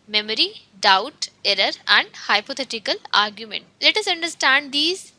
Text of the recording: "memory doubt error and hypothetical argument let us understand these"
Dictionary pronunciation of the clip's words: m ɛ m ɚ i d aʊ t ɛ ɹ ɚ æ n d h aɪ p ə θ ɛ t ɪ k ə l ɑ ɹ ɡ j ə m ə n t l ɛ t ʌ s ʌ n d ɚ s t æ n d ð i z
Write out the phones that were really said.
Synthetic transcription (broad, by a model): m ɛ m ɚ i d aʊ t ɛ ɹ ɚ æ n d h aɪ p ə t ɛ t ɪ k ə l ɑ ɹ ɡ j ə m ə n t l ɛ t ʌ s ʌ n d ɚ s t æ n d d i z